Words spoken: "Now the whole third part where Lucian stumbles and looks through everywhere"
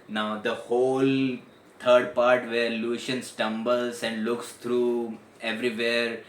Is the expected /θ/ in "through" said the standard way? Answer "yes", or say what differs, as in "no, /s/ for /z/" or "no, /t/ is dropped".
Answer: no, /t/ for /θ/